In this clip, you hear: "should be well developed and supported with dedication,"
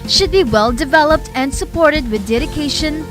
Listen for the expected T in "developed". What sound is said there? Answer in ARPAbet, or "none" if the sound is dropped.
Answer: T